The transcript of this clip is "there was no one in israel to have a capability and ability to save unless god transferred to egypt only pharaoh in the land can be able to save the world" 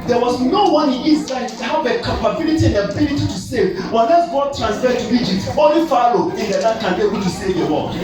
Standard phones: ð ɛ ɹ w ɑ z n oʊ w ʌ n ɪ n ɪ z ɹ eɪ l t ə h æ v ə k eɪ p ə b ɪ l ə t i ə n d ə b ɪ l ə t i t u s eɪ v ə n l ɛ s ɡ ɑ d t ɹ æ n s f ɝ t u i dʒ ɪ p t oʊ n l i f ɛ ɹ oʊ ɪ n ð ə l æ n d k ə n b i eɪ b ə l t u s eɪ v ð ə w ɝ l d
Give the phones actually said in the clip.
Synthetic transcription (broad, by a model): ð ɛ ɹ w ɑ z n oʊ w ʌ n ɪ n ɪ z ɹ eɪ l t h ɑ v ə k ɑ p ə b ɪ l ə t i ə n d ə b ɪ l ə t i t u s eɪ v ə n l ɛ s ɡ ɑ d t ɹ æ n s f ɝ t u i dʒ ɪ p t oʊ l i f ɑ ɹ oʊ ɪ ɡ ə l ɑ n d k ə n b i eɪ b ə l t u s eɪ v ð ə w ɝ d